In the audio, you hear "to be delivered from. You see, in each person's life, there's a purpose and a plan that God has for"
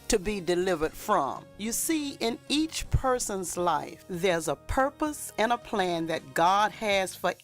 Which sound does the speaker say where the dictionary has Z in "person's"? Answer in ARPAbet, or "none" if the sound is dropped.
Z